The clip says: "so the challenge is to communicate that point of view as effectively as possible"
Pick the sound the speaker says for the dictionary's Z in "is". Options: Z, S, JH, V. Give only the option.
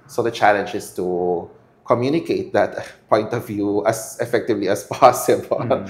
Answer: S